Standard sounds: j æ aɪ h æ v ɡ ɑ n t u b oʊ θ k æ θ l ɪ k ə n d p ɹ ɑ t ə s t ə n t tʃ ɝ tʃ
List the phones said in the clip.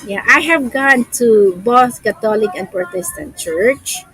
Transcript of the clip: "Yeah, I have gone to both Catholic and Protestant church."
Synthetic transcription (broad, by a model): j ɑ aɪ h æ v ɡ ɑ n t u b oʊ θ k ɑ t l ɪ k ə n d p ɹ t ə s t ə n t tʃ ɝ tʃ